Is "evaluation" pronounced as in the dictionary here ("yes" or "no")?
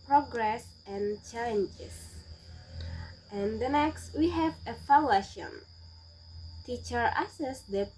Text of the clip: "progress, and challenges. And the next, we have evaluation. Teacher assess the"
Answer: no